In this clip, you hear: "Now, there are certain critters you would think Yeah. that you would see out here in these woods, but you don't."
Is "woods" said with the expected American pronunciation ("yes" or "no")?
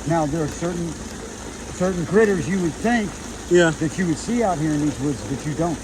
yes